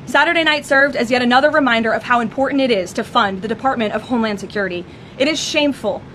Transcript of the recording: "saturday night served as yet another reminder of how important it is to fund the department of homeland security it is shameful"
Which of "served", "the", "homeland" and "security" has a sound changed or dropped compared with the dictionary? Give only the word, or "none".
none